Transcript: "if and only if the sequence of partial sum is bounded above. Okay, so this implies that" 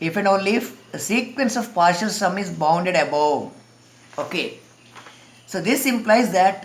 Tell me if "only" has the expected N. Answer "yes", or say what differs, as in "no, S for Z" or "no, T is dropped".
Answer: no, N is dropped